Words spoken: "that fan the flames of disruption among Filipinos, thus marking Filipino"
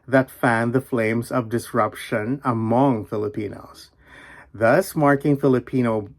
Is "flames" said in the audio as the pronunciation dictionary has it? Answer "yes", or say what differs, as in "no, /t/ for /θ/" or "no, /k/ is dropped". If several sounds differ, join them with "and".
yes